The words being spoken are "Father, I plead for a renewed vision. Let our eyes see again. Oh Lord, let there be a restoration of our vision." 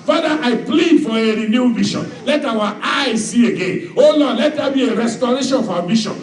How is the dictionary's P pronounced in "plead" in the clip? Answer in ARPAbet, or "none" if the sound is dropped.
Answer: P